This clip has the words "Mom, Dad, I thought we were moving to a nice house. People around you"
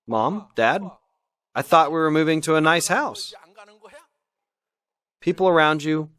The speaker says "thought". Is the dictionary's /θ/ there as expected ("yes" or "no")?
yes